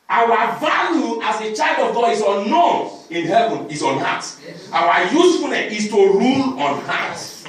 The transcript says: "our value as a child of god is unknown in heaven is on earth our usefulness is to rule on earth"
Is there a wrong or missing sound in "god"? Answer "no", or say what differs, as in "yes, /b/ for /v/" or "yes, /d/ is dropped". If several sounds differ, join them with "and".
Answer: yes, /d/ is dropped